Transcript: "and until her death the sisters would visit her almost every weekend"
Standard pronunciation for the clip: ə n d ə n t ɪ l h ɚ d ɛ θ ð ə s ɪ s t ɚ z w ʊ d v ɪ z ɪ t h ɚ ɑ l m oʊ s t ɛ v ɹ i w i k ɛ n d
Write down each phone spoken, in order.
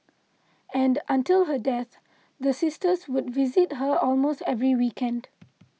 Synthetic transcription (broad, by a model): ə n d ə n t ɪ l h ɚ d ɛ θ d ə s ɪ s t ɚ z w ʊ d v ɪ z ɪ t h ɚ ɑ l m oʊ s t ɛ v ɹ i w i k ɛ n d